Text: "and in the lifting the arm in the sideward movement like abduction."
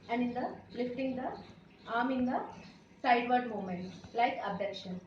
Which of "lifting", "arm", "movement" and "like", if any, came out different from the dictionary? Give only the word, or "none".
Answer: movement